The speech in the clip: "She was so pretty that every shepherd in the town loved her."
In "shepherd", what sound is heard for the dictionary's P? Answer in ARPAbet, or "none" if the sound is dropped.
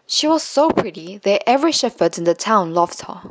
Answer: F